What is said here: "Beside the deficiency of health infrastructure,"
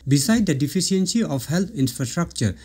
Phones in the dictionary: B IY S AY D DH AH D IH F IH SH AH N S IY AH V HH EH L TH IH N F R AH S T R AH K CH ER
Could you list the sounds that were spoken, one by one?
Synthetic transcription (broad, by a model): B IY S AY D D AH D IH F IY S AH N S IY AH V HH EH L T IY N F R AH S T R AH K CH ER